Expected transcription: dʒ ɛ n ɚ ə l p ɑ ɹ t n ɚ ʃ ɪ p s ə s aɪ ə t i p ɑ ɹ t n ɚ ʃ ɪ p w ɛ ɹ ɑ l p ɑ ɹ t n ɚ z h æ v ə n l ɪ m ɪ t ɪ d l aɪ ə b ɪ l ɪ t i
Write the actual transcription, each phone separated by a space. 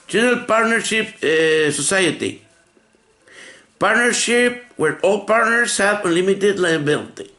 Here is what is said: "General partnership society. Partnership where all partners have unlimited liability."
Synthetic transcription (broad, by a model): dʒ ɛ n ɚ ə l p ɑ ɹ t n ɚ ʃ ɪ p s ə s aɪ ə t i p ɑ ɹ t n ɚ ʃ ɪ p w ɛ ɹ ɑ l p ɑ ɹ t n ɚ s h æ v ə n l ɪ m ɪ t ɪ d l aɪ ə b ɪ l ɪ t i